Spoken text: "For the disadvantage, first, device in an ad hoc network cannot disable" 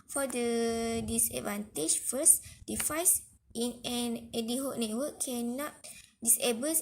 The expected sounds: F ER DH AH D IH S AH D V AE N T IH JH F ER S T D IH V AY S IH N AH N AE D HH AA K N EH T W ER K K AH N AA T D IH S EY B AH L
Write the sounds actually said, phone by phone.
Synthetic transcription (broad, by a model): F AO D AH D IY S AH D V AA N T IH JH F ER S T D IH F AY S IH N AH N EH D HH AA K N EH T W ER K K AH N AA T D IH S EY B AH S